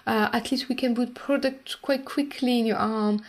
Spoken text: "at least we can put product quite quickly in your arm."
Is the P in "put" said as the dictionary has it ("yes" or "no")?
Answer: no